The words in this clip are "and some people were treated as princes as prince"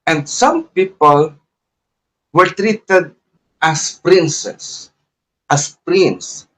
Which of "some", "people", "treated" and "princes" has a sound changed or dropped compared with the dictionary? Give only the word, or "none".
princes